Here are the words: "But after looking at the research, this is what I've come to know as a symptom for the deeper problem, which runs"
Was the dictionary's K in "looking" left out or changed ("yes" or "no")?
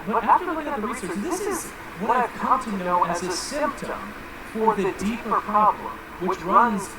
yes